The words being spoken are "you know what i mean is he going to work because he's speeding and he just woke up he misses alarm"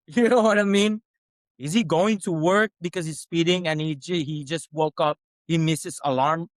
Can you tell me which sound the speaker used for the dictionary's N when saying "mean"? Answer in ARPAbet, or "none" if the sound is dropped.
N